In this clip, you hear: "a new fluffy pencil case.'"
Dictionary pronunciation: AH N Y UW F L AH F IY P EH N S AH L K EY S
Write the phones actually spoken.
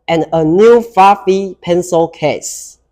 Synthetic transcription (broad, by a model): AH N Y UW F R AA F IY P EH N S AH L K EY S